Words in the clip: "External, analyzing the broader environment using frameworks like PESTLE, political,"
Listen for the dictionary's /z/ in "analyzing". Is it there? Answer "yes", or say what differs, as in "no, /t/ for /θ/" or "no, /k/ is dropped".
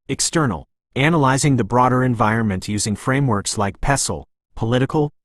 yes